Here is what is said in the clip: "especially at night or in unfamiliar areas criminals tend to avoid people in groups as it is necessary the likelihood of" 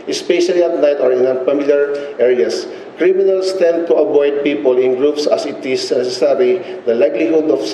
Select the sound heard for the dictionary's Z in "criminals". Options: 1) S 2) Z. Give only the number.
1